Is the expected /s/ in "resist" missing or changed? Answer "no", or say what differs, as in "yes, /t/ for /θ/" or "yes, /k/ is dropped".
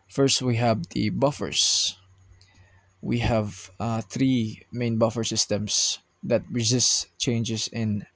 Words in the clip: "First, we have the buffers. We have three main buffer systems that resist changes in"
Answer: no